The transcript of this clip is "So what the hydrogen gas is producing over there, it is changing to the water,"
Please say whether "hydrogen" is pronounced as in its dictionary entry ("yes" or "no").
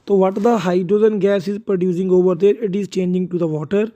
no